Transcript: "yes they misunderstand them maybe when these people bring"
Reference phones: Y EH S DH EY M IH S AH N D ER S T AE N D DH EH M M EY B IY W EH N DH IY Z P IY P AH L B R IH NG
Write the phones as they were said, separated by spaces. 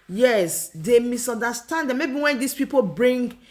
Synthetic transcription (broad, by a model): Y EH S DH EY M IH S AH N D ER S T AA N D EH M M EY B IY W EH N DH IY S P IY P AH L B R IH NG